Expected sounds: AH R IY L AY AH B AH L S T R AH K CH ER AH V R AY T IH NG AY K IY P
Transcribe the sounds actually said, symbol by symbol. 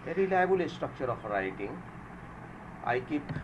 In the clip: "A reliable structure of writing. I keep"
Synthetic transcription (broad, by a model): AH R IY L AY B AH L S T R AH K CH ER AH P R AY T IH NG AY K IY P